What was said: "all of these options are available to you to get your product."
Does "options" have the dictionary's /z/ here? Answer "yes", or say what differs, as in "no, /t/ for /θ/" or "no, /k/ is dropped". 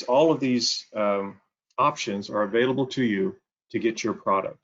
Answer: yes